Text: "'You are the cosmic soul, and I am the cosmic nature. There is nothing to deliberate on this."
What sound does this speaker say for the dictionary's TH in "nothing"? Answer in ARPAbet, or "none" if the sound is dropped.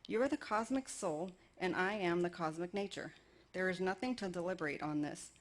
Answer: TH